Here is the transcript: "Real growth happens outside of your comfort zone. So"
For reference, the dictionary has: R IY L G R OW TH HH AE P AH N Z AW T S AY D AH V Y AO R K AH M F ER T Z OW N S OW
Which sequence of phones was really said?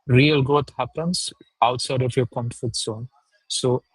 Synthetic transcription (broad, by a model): R IY L G R OW T HH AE P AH N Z AW T S AY D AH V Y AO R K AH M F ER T S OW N S OW